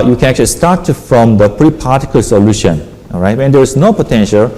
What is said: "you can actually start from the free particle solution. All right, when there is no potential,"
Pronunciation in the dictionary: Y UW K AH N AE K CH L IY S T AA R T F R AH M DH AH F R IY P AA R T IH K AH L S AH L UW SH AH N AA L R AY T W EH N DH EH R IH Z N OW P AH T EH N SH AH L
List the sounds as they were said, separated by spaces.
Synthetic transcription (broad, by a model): Y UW K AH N AE K CH L IY S T AA R T F R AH M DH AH P R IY P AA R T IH K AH L S AH L UW SH AH N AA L R AY T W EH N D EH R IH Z N OW P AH T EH N SH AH L